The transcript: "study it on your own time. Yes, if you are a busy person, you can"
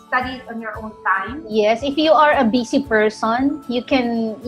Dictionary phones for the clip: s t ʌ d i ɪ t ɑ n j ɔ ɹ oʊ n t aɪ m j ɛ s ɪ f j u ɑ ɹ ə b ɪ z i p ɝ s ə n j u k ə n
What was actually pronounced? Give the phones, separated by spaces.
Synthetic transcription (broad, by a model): s t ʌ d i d ɑ n j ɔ ɹ oʊ n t aɪ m j ɛ s ɪ f j u ɑ ɹ ə b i s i p ɝ s ə n j u k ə n